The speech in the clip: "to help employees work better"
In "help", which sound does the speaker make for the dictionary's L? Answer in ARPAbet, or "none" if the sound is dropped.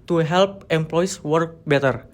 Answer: L